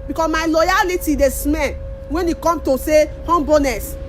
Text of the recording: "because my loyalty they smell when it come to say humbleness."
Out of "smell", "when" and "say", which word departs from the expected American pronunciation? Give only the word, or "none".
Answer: smell